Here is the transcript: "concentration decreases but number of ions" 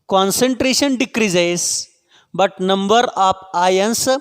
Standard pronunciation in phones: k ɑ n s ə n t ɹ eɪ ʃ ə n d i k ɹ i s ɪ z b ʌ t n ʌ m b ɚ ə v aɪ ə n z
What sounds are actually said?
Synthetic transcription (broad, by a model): k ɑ n s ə n t ɹ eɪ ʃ ə n d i k ɹ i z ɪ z b ʌ t n ʌ m b ɚ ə p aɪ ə n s